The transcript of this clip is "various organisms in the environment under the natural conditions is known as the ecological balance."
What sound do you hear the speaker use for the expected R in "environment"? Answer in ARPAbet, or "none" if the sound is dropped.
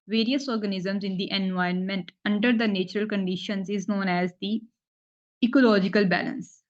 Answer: none